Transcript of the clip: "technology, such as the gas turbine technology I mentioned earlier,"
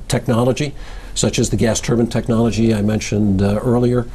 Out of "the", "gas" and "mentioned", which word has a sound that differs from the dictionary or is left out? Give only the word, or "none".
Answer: none